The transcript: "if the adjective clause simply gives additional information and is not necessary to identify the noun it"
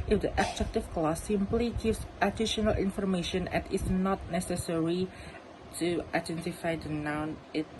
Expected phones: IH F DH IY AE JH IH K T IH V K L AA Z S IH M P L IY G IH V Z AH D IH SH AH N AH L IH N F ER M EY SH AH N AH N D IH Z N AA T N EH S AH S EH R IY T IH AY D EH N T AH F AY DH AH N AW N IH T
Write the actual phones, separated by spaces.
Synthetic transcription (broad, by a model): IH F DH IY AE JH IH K T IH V K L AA S IH M P L IY G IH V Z AH D IH SH AH N AH L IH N F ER M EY SH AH N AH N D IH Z N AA T N EH S AH S EH R IY T IH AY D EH N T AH F AY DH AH N AW N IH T